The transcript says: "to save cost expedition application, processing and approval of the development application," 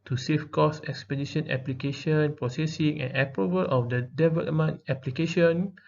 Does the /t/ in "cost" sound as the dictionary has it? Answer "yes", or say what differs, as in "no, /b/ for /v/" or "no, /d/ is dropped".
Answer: no, /t/ is dropped